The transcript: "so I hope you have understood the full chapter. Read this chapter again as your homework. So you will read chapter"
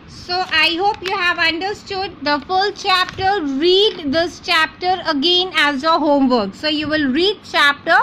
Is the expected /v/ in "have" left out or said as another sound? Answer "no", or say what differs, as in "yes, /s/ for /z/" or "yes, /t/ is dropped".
no